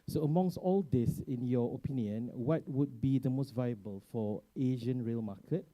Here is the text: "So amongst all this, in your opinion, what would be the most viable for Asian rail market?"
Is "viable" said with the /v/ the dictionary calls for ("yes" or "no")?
yes